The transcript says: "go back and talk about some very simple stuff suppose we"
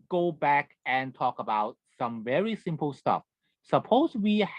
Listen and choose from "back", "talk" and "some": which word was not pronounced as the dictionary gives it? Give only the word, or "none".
none